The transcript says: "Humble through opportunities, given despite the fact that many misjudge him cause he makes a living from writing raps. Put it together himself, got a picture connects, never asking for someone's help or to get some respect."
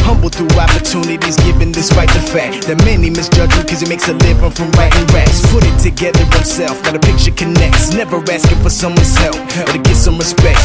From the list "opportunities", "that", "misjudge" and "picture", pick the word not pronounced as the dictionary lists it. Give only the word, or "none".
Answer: none